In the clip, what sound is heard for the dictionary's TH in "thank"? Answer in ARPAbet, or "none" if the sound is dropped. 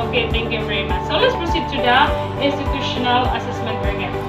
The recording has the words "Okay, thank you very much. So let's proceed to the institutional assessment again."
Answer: T